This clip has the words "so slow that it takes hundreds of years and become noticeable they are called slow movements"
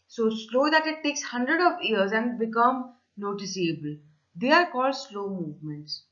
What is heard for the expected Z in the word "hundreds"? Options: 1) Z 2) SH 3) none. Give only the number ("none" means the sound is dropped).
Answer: 3